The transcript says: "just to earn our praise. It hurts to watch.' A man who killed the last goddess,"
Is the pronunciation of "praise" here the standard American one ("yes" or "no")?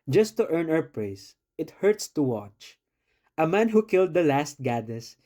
no